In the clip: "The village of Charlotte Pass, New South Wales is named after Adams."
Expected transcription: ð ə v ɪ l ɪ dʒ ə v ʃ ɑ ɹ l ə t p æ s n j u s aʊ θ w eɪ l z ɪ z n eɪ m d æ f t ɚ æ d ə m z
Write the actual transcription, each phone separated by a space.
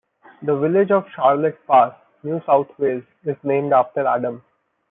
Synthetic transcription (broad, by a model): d ə v ɪ l ɪ dʒ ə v ʃ ɑ ɹ l ə t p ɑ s n j u s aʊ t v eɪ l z ɪ z n eɪ m d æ f t ɚ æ d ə m